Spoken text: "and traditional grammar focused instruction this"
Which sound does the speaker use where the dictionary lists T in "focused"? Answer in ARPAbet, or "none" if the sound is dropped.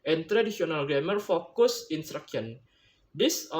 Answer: none